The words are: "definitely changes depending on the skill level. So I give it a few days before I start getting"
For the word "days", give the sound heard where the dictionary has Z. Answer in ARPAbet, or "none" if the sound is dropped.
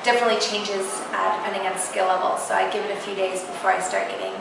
Z